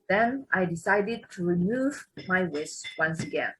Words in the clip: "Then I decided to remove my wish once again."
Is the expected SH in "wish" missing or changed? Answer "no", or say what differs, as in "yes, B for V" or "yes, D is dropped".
yes, S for SH